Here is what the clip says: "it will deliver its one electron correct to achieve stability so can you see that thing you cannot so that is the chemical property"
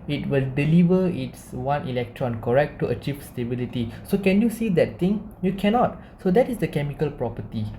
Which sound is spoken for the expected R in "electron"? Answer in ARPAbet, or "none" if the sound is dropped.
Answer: R